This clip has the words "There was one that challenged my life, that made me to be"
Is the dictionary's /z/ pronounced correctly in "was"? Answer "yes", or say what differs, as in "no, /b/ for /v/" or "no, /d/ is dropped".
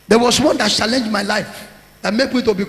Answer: no, /s/ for /z/